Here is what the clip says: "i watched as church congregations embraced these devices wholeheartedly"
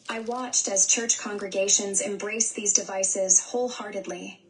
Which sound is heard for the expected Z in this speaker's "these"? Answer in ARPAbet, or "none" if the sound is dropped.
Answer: Z